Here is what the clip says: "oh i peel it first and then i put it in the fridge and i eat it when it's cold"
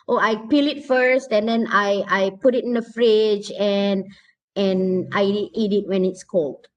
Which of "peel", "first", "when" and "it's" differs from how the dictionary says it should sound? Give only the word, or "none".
none